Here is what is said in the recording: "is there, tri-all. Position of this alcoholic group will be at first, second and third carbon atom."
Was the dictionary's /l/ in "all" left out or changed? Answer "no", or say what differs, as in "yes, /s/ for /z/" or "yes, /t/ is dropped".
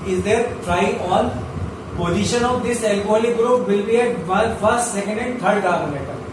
yes, /n/ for /l/